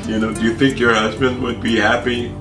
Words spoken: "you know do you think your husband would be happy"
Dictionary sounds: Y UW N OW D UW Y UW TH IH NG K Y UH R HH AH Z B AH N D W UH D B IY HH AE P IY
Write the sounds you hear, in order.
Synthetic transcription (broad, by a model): Y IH N OW D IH Y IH TH IH NG K Y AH R HH AH Z B AH N D W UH D B IY HH AE P IY